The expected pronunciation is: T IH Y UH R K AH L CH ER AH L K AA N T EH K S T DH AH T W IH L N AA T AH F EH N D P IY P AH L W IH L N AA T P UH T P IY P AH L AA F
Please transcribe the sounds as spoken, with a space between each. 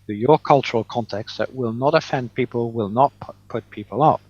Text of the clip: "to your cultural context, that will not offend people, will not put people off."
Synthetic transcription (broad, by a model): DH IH Y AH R K AH L CH ER AH L K AA N T EH K S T DH AH T W IH L N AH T AH F EH N D P IY P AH L W IH L N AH T P UH T P IY P AH L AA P